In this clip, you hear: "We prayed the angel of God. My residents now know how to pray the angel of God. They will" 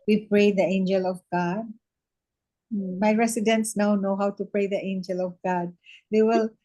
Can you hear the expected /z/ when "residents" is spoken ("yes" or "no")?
no